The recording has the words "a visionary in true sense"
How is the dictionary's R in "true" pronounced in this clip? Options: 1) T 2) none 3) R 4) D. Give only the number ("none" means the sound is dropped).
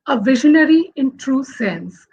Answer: 3